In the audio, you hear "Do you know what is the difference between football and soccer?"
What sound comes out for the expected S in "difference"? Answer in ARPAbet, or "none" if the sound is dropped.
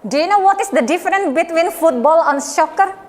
none